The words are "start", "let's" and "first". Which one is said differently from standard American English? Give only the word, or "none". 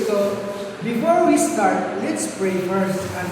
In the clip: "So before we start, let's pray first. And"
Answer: first